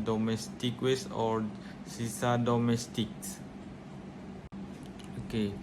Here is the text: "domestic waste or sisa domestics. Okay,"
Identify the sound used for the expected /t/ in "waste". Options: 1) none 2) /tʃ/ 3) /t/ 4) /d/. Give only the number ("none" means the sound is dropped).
1